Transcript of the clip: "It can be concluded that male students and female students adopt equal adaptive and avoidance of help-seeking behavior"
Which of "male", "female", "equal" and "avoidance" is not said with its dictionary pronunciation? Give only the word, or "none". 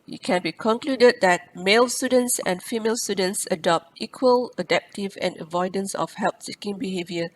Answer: none